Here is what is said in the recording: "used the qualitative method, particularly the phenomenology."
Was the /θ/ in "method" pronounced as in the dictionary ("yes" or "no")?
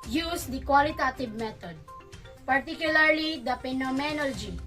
no